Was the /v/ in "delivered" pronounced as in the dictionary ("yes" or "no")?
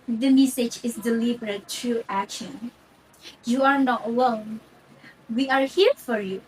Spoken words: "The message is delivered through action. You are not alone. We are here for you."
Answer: no